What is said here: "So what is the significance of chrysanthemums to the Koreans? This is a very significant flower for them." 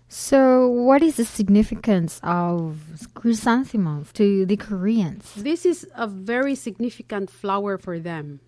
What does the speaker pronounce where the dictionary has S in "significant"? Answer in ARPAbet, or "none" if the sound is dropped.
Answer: S